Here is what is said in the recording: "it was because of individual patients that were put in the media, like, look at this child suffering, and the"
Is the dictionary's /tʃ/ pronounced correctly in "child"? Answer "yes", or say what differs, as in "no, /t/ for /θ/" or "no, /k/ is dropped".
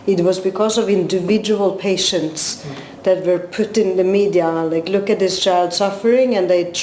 yes